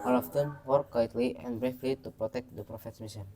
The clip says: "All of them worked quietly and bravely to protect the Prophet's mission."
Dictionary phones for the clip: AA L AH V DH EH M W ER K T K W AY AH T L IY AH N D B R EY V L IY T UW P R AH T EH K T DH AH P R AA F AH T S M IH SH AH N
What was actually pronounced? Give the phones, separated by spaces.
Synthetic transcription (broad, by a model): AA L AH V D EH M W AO T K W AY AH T L IY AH N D B R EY F L IY T UW P R AH T EH K T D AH P R AA F AH T S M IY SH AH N